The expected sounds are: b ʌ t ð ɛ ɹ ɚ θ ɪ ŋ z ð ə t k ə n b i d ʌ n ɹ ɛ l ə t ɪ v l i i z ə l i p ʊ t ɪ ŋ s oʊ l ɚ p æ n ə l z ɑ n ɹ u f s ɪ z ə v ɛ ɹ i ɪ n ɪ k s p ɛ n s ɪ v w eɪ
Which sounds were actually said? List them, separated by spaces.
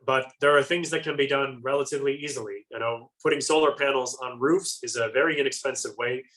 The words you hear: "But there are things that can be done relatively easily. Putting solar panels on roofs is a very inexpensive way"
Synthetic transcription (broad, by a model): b ʌ t ð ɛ ɹ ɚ θ ɪ ŋ z ð ə t k ə n b i d ʌ n ɹ ɛ l ə t ɪ v l i i z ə n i p ʊ t ɪ ŋ s oʊ l ɚ p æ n l z n ɹ u f s ɪ z ə v ɛ ɹ i ɪ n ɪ k s p ɛ n s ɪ v w eɪ